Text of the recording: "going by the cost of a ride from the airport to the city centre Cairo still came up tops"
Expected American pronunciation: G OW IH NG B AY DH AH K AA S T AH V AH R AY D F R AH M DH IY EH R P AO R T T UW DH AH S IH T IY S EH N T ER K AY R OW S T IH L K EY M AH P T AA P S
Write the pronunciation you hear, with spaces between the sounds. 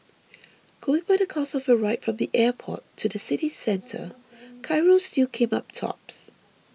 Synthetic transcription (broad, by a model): G OW IH NG B AY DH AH K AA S AH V AH R AY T F R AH M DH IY EH P AO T T UW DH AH S IH T IY S EH N T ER K AY R OW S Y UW K EY M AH P T AA P S